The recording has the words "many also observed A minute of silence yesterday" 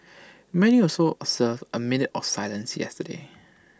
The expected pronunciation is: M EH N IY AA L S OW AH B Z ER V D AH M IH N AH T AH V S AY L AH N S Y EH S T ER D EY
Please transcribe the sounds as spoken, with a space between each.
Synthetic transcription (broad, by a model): M EH N IY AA S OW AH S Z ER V AH M IH N AH T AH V S AY L AH N S Y EH S T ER D EY